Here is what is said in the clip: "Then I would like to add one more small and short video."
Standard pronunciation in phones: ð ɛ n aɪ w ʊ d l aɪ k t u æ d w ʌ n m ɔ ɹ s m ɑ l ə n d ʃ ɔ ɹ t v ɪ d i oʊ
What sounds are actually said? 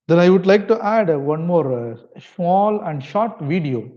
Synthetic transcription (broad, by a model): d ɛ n aɪ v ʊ d l aɪ k t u æ d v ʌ n m ɔ ɹ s m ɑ l ə n d ʃ ɔ ɹ t v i d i oʊ